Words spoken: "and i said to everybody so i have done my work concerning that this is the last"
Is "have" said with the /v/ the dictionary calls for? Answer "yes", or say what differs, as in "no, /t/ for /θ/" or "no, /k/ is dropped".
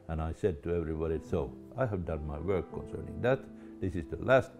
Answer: yes